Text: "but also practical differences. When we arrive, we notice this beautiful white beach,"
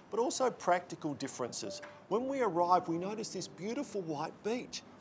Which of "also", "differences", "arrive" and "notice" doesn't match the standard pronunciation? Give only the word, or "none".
none